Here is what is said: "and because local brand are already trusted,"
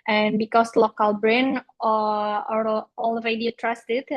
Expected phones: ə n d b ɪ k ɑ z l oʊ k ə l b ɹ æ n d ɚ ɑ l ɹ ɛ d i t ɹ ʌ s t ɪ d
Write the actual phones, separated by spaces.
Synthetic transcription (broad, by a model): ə n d b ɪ k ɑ s l oʊ k ə l b ɹ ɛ n ɚ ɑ l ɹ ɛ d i t ɹ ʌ s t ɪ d